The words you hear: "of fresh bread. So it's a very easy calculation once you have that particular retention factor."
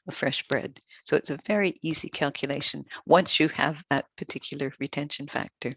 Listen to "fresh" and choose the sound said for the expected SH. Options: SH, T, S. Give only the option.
SH